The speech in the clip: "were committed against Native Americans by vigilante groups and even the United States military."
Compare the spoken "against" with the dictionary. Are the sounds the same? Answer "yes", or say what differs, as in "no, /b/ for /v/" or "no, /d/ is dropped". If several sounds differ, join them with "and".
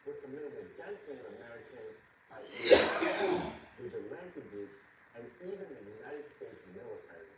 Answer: no, /n/ is dropped